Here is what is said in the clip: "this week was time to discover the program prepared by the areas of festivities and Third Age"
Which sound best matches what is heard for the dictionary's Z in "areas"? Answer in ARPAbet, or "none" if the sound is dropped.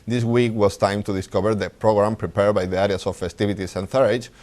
S